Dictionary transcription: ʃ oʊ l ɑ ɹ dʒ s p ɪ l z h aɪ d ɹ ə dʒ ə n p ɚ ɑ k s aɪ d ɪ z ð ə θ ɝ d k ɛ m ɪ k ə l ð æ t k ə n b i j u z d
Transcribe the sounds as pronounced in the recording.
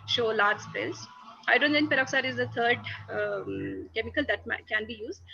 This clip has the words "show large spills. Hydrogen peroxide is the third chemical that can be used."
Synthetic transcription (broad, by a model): ʃ oʊ l ɑ ɹ dʒ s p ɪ l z aɪ d ə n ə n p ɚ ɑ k s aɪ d ɪ z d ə t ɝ d k ɛ m ɪ k ə l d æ t k ə n b i j u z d